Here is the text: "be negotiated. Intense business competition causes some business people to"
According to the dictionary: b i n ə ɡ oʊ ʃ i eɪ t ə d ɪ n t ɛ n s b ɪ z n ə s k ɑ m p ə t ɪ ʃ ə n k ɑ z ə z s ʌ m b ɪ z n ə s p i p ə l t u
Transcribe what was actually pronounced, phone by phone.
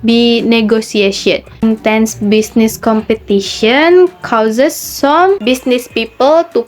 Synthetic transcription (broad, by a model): b i n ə ɡ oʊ s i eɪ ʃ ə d ɪ n t ɛ n s b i s n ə s k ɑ m p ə t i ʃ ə n k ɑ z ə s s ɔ m b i s n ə s p i p ə l t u